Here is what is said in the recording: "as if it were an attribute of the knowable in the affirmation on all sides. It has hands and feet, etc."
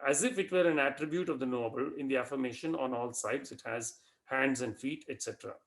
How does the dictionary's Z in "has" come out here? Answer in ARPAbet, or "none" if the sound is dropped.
Z